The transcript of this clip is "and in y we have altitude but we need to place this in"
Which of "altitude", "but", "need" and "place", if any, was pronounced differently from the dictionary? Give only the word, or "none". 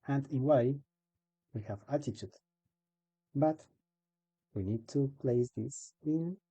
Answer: altitude